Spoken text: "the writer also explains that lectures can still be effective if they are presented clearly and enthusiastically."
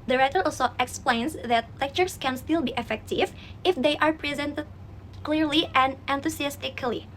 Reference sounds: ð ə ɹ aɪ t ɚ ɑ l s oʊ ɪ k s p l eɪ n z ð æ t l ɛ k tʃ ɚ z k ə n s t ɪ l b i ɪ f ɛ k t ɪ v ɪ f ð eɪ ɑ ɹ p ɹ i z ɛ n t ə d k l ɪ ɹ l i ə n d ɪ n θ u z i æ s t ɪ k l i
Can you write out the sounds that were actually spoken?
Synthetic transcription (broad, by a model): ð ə ɹ aɪ t ɚ ɑ l s oʊ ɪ k s p l eɪ n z ð æ t l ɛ k tʃ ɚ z k ə n s t ɪ l b i ɪ f ɛ k t ɪ v ɪ f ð eɪ ɑ ɹ p ɹ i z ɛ n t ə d k l ɪ ɹ l i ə n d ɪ n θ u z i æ s t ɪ k l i